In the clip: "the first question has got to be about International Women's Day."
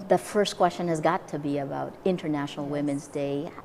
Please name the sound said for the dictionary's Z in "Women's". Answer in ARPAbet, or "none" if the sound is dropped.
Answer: Z